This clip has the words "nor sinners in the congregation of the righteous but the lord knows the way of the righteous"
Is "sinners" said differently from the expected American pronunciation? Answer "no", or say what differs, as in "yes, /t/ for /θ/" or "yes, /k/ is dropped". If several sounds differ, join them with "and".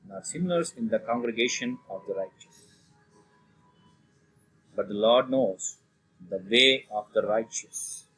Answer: yes, /l/ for /n/